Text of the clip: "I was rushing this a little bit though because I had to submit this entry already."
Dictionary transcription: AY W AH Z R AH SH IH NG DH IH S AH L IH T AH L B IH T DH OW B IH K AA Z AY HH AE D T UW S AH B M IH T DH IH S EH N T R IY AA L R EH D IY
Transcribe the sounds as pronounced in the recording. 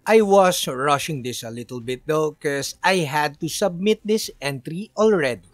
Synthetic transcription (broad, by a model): AY W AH S R AH SH IH NG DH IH S AH L IH T AH L B IH T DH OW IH K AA S AY HH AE D T UW S AH B M IH T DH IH S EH N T R IY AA L R EH D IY